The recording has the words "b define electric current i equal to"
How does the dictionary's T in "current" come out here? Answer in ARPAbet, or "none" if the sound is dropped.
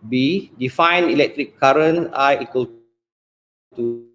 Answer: none